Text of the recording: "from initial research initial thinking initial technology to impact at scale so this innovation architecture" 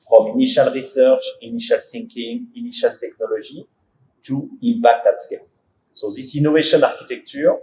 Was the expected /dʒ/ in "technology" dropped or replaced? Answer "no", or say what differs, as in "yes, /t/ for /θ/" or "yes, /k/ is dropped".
yes, /ʒ/ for /dʒ/